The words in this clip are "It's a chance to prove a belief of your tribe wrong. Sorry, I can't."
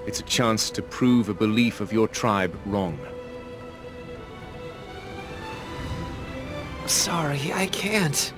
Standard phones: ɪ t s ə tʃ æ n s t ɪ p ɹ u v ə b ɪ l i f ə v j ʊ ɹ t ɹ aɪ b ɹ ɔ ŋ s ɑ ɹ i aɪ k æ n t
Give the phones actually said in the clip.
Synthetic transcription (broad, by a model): ɪ t s ə tʃ æ n s t ɪ p ɹ u v ə b ɪ l i f ə v j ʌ ɹ t ɹ aɪ b ɹ ɔ ŋ s ɑ ɹ i aɪ k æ n t